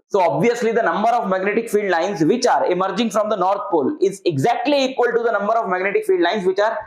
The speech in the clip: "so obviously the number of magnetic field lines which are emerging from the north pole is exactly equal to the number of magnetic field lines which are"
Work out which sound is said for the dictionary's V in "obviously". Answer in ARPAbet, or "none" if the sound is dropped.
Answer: V